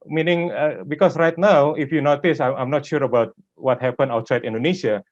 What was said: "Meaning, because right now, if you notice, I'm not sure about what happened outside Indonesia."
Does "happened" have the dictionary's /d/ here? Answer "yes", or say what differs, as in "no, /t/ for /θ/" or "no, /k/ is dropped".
no, /d/ is dropped